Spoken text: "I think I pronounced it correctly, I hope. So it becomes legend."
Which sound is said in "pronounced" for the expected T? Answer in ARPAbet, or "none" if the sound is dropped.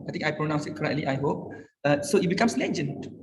none